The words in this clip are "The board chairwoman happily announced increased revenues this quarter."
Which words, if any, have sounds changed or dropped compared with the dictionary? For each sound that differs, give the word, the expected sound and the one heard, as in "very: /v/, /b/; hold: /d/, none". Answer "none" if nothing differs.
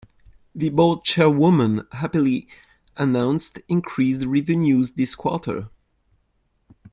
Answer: board: /ɹ/, /l/